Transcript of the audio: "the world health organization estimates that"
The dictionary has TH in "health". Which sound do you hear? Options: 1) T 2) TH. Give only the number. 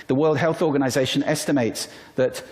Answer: 2